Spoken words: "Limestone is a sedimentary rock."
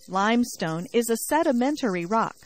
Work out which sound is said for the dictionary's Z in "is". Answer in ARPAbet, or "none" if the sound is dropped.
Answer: Z